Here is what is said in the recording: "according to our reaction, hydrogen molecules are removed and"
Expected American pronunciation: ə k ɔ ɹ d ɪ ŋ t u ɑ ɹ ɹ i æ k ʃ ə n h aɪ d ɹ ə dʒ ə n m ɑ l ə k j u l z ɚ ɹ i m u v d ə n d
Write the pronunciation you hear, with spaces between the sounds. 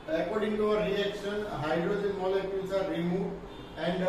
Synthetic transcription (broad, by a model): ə k ɔ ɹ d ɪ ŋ t u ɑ w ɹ i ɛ k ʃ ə n h aɪ d ɹ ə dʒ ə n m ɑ l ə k j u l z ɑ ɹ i m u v ə n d